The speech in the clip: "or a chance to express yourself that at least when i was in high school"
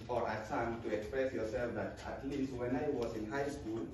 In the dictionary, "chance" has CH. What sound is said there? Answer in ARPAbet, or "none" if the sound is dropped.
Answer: S